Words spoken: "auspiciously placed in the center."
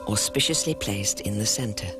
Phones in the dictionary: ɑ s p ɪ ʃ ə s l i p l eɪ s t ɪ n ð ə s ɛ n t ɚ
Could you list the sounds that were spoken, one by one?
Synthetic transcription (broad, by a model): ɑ s p ɪ ʃ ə s l i p l eɪ s t ɪ n ð ə s ɛ n t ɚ